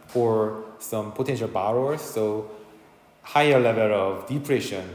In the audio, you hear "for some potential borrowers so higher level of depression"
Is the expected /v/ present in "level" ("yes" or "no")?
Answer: yes